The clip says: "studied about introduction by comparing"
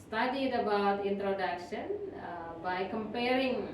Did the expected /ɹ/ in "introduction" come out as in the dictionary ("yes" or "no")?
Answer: yes